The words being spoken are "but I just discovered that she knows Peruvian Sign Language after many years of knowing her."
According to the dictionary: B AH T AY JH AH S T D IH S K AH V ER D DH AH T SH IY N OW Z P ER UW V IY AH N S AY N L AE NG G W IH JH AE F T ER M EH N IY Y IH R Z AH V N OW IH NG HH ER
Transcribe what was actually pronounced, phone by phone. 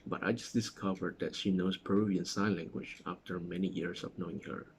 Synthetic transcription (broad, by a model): B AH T AY JH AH S D IH S K AH V ER D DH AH T SH IY N OW S P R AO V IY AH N S AY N L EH NG G W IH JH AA F T ER M EH N IY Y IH R S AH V N OW IH NG HH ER